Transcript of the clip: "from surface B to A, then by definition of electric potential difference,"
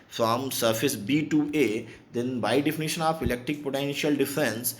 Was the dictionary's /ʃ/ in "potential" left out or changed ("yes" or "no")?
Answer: no